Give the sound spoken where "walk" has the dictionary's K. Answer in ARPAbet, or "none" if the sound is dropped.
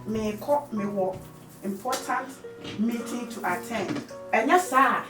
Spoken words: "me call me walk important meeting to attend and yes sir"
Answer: none